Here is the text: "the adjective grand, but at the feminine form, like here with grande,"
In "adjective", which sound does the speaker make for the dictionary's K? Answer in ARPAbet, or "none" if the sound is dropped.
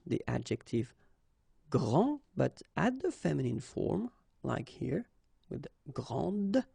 K